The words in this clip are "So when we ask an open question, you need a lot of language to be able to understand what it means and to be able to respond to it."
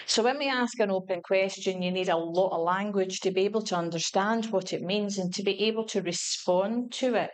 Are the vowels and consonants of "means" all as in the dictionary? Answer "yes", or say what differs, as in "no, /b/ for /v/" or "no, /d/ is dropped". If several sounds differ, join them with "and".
yes